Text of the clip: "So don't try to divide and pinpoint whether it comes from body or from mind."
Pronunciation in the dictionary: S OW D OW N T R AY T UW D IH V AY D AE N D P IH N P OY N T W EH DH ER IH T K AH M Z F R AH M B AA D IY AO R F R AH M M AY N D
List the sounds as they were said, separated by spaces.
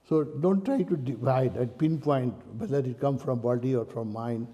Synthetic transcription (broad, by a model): S OW D OW N T R AY T UW D IH V AY D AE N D P IH N P OY N T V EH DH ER IH T K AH M F R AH M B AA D IY AO R F R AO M M AY N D